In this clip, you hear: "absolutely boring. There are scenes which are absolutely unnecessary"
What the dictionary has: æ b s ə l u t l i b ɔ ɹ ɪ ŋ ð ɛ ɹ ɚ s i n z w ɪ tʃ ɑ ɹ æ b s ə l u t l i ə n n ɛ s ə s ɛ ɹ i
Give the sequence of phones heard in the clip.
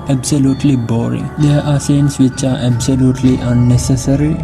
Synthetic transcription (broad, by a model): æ b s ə l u t l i b ɔ ɹ ɪ ŋ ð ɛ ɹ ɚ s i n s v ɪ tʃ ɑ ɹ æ b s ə l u t l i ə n n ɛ s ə s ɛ ɹ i